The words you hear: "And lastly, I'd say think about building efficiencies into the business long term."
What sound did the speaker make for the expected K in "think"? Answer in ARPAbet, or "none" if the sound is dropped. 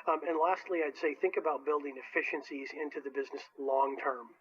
K